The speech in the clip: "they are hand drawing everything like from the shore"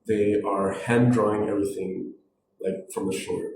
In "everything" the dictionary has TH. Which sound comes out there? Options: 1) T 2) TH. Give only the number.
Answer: 2